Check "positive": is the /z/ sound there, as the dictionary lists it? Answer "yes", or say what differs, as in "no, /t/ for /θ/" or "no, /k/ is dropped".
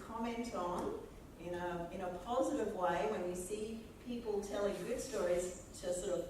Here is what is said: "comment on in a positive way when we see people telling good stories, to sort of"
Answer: yes